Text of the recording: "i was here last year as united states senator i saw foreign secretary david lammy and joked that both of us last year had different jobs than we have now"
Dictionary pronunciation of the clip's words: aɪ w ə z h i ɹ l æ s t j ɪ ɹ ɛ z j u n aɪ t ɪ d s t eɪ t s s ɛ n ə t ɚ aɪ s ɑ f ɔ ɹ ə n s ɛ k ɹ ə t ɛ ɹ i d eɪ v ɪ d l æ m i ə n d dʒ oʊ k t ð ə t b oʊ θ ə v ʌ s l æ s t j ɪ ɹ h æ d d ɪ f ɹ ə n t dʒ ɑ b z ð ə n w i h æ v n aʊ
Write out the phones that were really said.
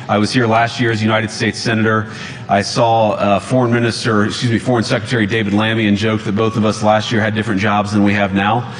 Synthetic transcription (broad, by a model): aɪ w ə z h i ɹ l æ s t j ɪ ɹ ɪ z j u n aɪ t ɪ d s t eɪ t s s ɛ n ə t ɚ aɪ s ɑ f ɔ ɹ ə n s ɛ k ɹ ə t ɛ ɹ i d eɪ v ɪ d l æ m i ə n dʒ oʊ k ð ə t b oʊ θ ə v ʌ s l æ s t j ɪ ɹ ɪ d d ɪ f ɹ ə n dʒ ɑ b z ð ə n w i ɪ v n aʊ